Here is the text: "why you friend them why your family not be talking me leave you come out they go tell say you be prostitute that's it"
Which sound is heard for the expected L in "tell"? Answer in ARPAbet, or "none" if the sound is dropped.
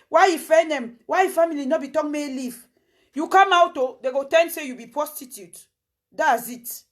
N